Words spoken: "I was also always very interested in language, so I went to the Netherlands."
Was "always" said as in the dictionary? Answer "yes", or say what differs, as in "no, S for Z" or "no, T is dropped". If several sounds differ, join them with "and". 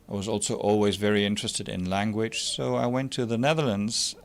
yes